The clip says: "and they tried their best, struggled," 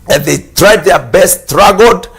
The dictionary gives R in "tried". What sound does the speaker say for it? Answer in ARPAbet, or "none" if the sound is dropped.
R